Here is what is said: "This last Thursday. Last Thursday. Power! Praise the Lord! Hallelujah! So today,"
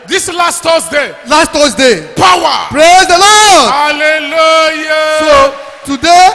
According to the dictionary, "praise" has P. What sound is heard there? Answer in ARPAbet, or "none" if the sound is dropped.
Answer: P